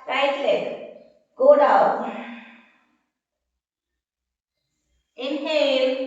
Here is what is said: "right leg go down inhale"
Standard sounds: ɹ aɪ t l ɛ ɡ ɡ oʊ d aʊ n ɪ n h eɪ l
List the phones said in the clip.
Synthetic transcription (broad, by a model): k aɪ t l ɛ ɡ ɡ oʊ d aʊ ɪ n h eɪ